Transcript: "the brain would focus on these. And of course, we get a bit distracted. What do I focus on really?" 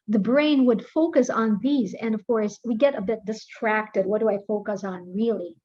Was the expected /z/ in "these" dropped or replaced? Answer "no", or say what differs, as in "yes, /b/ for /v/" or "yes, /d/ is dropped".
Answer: no